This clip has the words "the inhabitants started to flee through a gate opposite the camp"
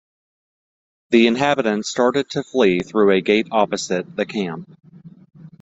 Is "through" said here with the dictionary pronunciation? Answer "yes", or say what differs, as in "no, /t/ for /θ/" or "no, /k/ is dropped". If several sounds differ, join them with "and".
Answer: yes